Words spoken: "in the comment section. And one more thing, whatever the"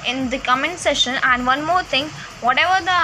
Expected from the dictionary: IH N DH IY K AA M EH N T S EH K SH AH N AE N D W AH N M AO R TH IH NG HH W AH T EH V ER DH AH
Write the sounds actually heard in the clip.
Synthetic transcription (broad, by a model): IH N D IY K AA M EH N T S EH SH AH N AE N D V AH N M AO R T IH NG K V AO T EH V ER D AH